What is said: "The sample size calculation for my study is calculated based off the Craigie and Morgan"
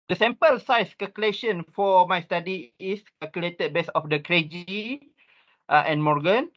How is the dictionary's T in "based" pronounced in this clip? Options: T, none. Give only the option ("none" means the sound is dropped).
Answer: none